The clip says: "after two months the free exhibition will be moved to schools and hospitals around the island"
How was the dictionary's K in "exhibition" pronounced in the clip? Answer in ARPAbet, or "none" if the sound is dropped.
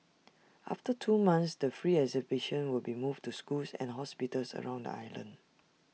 none